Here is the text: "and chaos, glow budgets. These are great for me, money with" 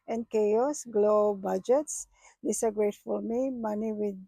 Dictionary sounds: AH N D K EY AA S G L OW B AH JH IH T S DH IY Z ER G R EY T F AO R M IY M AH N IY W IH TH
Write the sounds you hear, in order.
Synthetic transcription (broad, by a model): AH N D K EY AA S G L OW B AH JH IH T S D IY S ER G R EY T F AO L M IY M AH N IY W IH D